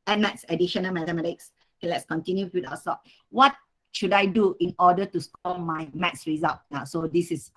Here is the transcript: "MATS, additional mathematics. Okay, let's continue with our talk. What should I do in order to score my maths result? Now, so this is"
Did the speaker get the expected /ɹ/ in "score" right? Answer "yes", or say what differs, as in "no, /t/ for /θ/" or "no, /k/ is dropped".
no, /l/ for /ɹ/